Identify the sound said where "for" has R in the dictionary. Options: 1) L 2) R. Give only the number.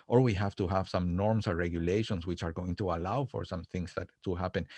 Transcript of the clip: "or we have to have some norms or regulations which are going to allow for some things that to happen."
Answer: 2